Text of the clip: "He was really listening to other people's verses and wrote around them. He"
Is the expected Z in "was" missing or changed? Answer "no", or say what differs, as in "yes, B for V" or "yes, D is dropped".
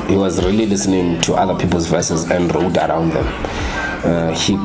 no